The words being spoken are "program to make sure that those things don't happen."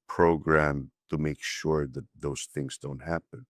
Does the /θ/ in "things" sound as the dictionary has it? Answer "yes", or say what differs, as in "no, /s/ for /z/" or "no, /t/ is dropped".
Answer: yes